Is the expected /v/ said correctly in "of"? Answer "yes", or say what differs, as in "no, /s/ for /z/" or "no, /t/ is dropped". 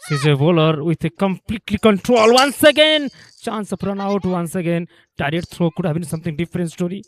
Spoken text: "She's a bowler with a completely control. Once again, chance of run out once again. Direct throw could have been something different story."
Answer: no, /p/ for /v/